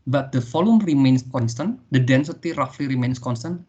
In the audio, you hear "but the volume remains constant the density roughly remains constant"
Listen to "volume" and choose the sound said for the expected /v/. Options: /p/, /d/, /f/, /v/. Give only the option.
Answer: /f/